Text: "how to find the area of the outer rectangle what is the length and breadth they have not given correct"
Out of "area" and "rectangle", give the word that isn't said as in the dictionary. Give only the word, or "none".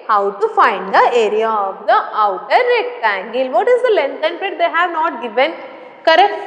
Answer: none